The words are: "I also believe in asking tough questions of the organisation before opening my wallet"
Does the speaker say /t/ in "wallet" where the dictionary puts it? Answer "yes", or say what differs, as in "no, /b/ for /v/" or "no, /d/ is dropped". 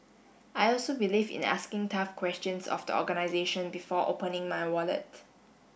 yes